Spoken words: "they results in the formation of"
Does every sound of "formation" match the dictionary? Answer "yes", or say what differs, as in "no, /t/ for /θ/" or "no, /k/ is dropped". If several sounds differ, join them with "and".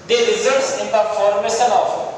no, /s/ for /ʃ/